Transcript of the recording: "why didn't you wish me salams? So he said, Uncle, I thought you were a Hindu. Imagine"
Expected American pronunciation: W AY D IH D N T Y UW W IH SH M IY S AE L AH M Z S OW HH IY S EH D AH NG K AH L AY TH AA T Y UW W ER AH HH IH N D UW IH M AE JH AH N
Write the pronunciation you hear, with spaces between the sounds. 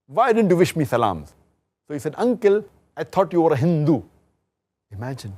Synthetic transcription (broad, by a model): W AY D IH D N T Y UW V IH SH M IY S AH L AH M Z S OW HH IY S EH D AH NG K AH L AY T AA T Y UW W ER AH HH IH N D UW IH M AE JH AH N